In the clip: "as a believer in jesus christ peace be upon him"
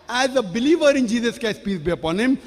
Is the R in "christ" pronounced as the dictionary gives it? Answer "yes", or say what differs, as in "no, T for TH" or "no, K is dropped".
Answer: no, R is dropped